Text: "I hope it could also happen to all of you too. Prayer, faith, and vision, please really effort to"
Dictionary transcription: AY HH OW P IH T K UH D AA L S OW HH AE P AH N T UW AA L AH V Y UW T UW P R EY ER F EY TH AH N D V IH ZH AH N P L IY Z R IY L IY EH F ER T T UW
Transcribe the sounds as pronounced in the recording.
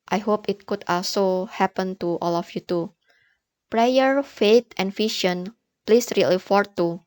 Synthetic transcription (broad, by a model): AY HH OW P IH T K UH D AA L S OW HH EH P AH N T UW AA L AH F Y UW T UW P R EY ER F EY T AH N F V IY SH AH N P L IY S R IY L IY F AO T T UW